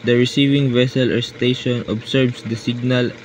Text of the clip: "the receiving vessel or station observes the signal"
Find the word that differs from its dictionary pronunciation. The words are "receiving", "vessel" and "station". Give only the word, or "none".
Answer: none